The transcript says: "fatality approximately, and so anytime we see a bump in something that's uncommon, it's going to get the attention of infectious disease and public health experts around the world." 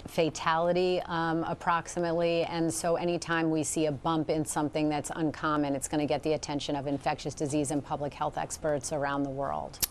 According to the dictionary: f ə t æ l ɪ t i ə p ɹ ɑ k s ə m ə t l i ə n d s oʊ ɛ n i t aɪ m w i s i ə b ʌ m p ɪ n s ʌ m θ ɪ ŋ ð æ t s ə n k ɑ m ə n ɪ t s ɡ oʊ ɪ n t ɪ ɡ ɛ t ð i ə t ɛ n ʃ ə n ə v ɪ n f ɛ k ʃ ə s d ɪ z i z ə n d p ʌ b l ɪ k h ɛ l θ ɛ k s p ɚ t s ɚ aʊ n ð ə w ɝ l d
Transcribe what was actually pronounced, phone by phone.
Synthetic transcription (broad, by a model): f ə t æ l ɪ t i ə p ɹ ɑ k s ə m ə t l i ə n s oʊ ɛ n i t aɪ m w i s i ə b ʌ m p ɪ n s ʌ m θ ɪ ŋ ð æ t s ə n k ɑ m ə n ɪ t s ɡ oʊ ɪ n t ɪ ɡ ɛ t ð i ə t ɛ n ʃ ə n ə v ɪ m f ɛ k ʃ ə s d ɪ z i z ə n p ʌ b l ɪ k h ɛ l θ ɛ k s p ɚ t s ɚ aʊ n ð ə w ɝ l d